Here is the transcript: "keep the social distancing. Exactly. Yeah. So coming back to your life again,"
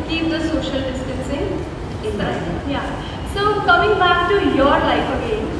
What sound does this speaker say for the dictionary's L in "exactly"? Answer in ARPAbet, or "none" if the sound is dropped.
N